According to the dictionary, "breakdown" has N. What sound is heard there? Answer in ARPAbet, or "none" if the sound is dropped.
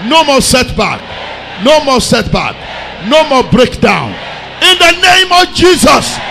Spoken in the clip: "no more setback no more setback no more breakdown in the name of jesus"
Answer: N